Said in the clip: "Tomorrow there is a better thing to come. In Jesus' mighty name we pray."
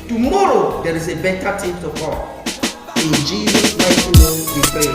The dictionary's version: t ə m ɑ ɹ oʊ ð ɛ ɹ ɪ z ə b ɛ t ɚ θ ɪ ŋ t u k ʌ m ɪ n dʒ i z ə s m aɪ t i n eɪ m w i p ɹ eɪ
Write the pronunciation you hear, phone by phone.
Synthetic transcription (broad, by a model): t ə m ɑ ɹ oʊ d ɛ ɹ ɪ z ə b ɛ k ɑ t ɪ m t u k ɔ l ɪ n dʒ i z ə s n aɪ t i n eɪ m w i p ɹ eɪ